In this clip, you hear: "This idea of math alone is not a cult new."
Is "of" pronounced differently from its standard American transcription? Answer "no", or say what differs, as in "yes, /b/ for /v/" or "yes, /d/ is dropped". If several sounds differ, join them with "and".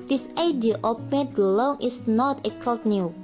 yes, /p/ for /v/